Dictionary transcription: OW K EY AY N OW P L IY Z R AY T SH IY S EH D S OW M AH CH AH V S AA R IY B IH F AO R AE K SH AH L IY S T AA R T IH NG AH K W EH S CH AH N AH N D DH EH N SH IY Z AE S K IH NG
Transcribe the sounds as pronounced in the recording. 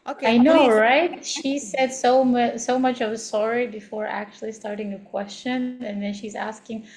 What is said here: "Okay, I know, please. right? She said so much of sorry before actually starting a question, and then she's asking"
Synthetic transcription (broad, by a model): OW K AY N OW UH R AY T SH IY S EH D S OW M AH CH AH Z S AA R IY B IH F AO R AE K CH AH L IY S T AA R T IH NG AH K W EH S CH AH N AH N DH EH N SH IY Z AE S K IH NG